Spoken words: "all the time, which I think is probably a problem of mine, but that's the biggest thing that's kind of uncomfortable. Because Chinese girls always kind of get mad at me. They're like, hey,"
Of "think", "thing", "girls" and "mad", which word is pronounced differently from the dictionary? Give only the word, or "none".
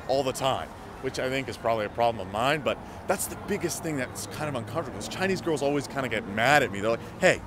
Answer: none